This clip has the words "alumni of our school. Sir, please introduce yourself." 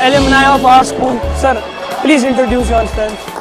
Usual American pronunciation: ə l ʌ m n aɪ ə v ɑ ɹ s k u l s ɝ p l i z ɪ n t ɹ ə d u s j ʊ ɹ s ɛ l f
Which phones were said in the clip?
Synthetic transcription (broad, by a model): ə l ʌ m n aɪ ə p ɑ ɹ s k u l s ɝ p l i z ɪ n t ɹ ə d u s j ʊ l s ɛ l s